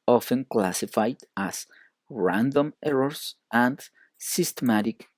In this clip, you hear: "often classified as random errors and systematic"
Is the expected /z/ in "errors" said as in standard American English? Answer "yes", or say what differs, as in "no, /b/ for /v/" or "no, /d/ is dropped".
no, /s/ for /z/